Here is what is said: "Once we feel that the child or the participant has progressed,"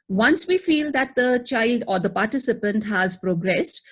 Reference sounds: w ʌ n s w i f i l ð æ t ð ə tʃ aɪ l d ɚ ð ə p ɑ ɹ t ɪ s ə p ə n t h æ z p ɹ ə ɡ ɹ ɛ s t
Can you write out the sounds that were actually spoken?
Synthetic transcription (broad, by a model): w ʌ n s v i f i l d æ t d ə tʃ aɪ l d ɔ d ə p ɑ ɹ t ɪ s ə p ə n t h æ z p ɹ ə ɡ ɹ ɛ s t